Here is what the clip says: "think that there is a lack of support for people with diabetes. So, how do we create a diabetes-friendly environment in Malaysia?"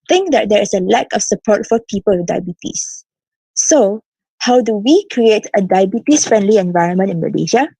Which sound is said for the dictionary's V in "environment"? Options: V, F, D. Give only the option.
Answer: V